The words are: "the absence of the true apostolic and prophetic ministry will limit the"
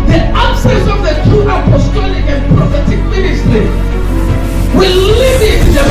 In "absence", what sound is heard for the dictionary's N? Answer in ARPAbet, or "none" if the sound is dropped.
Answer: none